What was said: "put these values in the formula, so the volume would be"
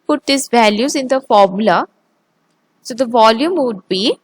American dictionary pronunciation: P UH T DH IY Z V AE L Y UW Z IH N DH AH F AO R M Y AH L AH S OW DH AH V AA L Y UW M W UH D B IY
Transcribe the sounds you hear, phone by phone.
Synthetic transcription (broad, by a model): P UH T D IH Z V AE L Y UW Z IH N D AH F AO R M Y AH L AH S OW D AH V AA L Y UW M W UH D B IY